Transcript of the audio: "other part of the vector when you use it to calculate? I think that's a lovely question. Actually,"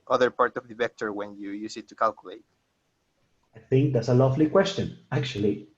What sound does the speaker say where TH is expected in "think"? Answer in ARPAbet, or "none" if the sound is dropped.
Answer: TH